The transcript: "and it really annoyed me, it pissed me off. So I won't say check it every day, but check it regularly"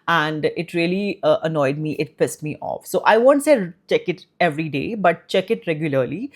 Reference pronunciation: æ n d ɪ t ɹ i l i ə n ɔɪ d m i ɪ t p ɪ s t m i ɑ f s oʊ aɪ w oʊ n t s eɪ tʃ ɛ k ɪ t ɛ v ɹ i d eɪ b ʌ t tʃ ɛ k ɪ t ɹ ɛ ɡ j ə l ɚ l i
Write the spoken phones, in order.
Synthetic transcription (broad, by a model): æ n d ɪ t ɹ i l i ə n ɔɪ d m i ɪ t p ɪ s t m i ɑ f s oʊ aɪ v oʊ n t s eɪ tʃ ɛ k ɪ t ɛ v ɹ i d eɪ b ʌ t tʃ ɛ k ɪ t ɹ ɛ ɡ j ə l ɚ l i